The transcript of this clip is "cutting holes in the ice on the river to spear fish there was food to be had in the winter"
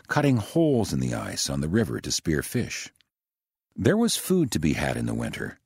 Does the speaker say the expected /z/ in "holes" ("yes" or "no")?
yes